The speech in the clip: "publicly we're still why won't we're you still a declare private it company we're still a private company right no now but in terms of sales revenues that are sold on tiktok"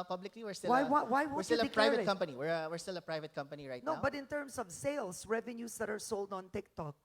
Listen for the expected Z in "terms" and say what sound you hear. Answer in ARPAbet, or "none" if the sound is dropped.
S